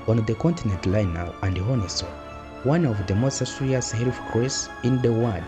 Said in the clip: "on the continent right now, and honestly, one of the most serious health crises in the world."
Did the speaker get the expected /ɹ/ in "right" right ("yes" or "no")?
no